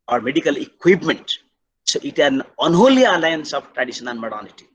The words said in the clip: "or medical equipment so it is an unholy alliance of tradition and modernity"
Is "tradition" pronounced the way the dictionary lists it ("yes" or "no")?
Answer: no